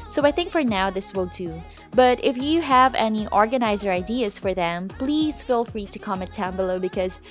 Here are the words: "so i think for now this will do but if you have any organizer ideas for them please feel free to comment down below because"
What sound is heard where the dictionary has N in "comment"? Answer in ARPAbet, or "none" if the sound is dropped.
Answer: none